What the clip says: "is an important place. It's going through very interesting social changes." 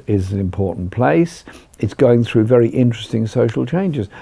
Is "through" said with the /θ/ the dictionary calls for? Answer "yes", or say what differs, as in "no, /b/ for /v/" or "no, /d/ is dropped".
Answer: yes